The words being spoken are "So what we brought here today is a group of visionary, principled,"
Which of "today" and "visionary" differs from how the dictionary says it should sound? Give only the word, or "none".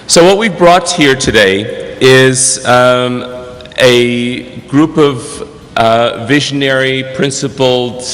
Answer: none